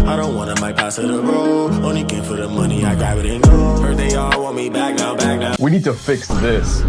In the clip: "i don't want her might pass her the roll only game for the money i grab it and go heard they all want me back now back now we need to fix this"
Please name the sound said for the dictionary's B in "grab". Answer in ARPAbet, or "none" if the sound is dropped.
none